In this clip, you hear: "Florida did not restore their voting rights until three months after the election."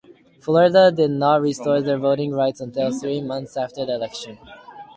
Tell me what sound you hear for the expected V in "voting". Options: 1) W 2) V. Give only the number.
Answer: 2